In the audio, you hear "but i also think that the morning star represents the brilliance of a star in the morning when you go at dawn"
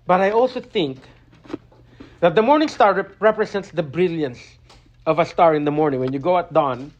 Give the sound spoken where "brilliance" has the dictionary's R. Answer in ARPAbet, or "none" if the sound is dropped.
R